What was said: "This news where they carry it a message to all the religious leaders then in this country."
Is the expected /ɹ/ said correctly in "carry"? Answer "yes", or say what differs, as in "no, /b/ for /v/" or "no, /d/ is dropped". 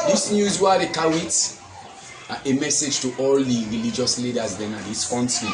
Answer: no, /w/ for /ɹ/